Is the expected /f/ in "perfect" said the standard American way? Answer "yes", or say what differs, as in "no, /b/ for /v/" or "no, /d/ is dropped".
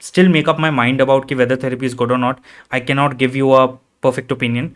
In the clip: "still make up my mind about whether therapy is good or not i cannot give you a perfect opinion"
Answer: yes